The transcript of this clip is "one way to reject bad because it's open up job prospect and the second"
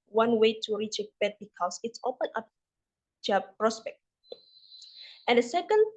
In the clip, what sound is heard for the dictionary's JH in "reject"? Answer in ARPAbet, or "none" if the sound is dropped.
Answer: CH